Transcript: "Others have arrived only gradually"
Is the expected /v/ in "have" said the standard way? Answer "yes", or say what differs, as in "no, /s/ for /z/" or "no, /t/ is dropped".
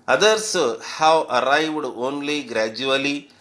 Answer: no, /w/ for /v/